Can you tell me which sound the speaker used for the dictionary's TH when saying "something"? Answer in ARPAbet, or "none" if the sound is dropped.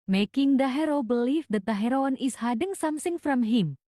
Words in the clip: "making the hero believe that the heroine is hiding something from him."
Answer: S